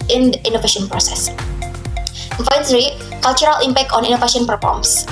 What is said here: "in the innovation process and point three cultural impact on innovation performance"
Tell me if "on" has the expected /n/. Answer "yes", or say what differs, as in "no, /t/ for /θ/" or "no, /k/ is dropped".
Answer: yes